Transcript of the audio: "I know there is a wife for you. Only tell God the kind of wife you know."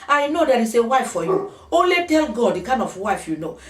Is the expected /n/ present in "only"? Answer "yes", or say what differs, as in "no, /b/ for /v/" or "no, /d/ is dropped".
no, /n/ is dropped